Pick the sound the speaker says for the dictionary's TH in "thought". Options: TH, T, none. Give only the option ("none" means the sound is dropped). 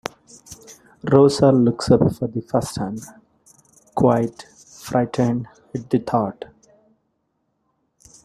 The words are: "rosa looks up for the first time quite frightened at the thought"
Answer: T